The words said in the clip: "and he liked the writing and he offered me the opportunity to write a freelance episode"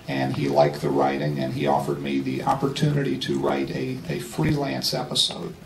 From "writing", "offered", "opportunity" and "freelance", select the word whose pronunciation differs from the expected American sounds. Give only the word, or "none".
none